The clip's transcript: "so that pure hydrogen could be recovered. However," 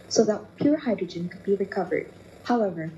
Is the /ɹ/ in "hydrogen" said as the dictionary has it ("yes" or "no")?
yes